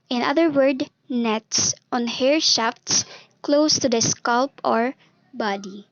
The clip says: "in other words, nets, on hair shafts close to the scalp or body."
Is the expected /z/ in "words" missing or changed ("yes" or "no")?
yes